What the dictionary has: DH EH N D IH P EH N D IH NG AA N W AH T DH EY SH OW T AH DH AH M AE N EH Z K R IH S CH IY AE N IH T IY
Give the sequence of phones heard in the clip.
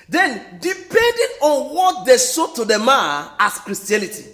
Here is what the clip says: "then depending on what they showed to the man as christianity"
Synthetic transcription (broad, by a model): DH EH N D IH P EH N D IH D AA N W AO T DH EY S OW T AH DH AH M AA AA S K R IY S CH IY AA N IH T IY